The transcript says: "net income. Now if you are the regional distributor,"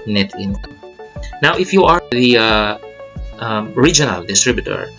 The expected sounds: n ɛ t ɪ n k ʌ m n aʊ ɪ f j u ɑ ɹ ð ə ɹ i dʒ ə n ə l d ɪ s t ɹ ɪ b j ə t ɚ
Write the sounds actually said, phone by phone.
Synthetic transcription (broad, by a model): n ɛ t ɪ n ʌ n aʊ ɪ f j u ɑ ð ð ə ɹ i dʒ ə n ə l d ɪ s t ɹ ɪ b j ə t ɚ